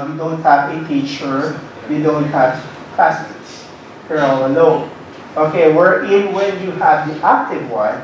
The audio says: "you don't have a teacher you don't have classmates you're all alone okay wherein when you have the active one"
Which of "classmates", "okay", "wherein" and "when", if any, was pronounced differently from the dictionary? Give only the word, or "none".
classmates